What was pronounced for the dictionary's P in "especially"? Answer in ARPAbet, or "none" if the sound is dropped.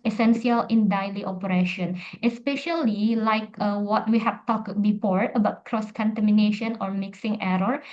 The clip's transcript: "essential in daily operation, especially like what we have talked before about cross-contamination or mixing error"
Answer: P